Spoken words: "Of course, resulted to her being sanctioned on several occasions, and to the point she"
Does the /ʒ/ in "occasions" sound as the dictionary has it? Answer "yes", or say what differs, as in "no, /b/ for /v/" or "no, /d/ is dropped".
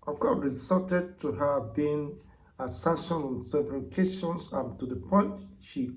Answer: no, /ʃ/ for /ʒ/